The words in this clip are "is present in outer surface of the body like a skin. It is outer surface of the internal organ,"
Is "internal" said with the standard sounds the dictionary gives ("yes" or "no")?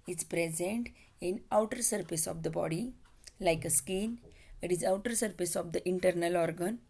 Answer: yes